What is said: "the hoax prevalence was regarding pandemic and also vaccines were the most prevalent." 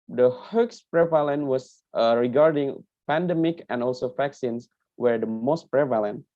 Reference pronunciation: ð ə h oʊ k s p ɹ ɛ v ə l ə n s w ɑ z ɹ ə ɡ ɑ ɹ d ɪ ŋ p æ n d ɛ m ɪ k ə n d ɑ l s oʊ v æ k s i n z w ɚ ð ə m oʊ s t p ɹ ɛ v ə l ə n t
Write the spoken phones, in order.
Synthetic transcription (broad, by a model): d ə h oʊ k s p ɹ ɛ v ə l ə n w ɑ s ɹ ə ɡ ɑ ɹ d ɪ ŋ p æ n d ɛ m ɪ k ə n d ɑ l s oʊ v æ k s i n s w ɚ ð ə m oʊ s t p ɹ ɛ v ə l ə n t